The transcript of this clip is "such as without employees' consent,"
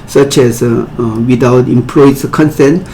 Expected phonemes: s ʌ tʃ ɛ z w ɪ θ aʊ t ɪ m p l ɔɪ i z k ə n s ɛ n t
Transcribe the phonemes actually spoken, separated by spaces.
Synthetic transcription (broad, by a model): s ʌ tʃ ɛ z w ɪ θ aʊ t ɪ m p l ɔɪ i k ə n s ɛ n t